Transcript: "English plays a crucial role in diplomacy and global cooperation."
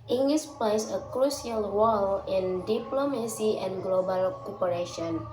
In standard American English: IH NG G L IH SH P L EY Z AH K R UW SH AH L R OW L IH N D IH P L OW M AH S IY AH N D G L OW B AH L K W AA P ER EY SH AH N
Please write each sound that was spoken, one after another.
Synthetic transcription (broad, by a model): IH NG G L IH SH P L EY S AH K R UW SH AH L W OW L IH N D IH P L OW M AH S IY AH N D G L OW B AH L K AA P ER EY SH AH N